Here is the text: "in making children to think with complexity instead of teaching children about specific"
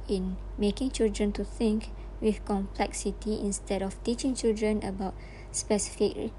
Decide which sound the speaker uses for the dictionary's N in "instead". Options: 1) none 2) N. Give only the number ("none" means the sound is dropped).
2